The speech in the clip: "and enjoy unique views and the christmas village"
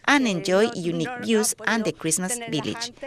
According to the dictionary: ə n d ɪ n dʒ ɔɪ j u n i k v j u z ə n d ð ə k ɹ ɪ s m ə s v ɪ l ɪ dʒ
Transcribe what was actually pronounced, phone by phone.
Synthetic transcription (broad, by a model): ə n ɪ n dʒ ɔɪ j u n i k b j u s ə n d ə k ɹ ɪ s m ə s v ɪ l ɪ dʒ